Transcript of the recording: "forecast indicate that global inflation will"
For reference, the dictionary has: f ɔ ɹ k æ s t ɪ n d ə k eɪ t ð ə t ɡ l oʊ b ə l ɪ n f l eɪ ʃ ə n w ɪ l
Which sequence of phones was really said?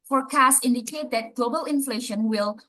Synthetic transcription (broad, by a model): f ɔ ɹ k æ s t ɪ n d ə k eɪ t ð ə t ɡ l oʊ b ə l ɪ n f l eɪ ʃ ə n w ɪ l